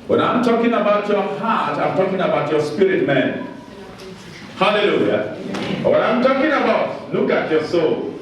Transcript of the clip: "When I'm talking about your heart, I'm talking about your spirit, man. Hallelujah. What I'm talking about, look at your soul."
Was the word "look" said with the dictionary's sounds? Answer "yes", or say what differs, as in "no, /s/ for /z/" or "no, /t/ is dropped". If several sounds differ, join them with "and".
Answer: no, /n/ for /l/